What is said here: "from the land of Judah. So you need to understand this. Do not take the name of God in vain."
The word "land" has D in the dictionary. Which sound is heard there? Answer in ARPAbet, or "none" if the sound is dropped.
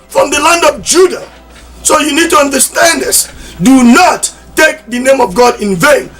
D